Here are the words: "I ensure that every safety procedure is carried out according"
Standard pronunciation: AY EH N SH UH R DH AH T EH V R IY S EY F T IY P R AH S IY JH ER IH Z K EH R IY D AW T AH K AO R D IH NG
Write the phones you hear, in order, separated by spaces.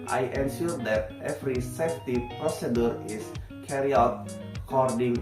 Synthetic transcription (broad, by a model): AY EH N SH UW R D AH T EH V R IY S EY F T IY P R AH S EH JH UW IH S K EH R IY AW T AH K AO R D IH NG